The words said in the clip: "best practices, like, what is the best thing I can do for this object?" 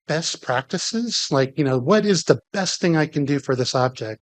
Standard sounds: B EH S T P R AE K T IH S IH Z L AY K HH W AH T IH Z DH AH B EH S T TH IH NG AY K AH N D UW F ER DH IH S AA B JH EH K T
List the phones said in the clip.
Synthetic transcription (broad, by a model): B EH S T P R AE K T IH S IH Z L AY K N W AH T IH Z DH AH B EH S T TH IH NG AY K AH N D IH F ER DH IH S AA B JH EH K T